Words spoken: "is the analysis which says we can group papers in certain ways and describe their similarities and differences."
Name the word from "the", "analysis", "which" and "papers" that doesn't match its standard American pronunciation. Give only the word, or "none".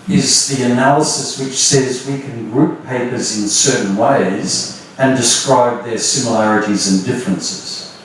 none